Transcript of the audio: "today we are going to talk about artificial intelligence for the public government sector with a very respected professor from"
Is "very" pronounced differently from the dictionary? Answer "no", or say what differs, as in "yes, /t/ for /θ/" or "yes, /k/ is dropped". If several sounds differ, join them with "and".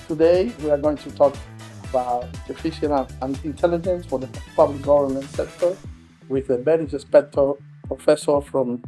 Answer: yes, /b/ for /v/